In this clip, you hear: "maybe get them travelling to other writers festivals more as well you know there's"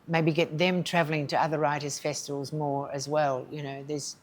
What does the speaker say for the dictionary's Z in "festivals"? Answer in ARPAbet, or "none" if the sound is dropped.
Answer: Z